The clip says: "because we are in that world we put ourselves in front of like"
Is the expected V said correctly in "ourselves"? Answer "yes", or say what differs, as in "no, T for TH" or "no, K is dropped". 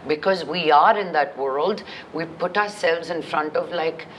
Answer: yes